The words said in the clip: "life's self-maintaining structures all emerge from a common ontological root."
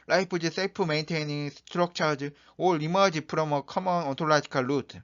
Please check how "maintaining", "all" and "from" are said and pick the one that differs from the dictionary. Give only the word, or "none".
from